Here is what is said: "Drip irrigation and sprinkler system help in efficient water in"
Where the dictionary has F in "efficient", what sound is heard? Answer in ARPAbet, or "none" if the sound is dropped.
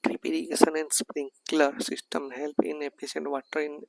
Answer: P